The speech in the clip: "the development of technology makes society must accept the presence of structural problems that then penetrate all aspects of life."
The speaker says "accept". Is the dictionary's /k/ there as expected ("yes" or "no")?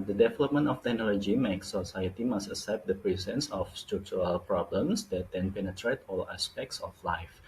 no